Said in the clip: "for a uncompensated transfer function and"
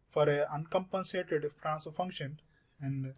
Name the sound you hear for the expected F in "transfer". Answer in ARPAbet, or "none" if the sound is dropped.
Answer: none